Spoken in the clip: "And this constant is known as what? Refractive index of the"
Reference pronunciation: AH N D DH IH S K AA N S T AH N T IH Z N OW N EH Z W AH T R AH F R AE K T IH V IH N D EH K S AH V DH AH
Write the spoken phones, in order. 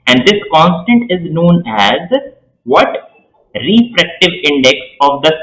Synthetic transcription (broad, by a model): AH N D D IH S K AA N S T AH N T IH Z N OW N EH Z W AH T R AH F R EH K T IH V IH N D EH K S AH V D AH